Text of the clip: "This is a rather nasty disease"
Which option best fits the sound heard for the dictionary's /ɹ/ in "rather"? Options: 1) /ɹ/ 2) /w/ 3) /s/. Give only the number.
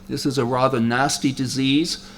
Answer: 1